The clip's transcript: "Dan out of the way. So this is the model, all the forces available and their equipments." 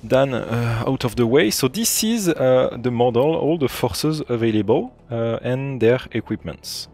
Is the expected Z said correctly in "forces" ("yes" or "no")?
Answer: yes